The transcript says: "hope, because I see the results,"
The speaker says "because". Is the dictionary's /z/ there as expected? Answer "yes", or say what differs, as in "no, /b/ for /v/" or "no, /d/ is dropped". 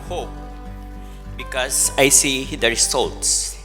no, /s/ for /z/